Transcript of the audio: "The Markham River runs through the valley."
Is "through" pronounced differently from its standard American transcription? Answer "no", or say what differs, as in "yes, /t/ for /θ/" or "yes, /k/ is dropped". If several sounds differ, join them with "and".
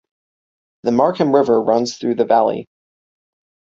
no